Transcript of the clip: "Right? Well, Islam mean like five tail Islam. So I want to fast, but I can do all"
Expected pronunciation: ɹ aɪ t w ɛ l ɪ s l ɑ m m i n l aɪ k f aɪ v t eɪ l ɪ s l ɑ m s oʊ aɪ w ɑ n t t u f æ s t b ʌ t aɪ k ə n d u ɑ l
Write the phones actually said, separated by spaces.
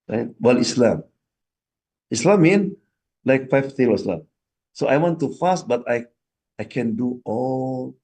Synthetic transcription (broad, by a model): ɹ aɪ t w ɛ l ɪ s l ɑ m m i n l aɪ k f aɪ f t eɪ w ɪ s l ɑ m s oʊ aɪ w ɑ n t t u f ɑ s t b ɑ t aɪ k ə n d u ɑ l